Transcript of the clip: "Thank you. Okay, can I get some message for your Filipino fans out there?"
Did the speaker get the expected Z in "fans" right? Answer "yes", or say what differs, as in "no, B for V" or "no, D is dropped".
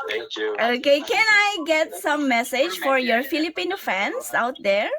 no, S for Z